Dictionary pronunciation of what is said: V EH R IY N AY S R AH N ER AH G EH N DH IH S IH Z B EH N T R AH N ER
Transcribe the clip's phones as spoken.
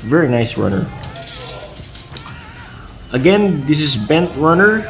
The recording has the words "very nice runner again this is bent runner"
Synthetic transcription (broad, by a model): V EH R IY N AY S R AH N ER AH G EH N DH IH S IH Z B EH N T R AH N ER